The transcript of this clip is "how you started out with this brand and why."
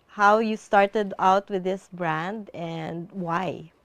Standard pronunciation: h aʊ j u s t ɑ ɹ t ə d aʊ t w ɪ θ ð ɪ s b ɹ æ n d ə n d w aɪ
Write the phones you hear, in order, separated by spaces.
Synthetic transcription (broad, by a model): h aʊ j u s t ɑ ɹ t ə d aʊ t w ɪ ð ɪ s b ɹ æ n d ə n d w aɪ